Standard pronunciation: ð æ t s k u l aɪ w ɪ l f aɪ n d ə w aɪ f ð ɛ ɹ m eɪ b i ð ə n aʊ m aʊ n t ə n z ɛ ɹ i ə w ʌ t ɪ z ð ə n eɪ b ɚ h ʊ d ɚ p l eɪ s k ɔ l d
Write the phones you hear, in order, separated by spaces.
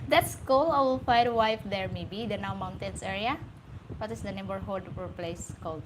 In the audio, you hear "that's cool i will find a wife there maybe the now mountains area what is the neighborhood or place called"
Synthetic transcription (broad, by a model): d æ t s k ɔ l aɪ w ɪ l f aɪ d ə w aɪ f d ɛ ɹ m eɪ b i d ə n aʊ m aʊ n t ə n s ɛ ɹ i ə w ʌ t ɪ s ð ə n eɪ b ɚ h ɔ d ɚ p l eɪ s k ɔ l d